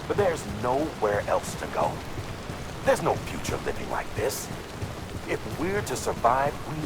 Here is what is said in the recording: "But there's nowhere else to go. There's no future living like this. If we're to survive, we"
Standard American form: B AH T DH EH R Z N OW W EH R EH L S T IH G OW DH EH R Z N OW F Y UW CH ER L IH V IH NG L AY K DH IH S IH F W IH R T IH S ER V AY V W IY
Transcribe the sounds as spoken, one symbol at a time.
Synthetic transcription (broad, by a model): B AH T DH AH R Z N OW W EH R EH L S T IH G OW DH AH R Z N OW F Y UW CH ER L IH V IH NG L AY K DH IH S IH F W IH R T IH S ER V AY V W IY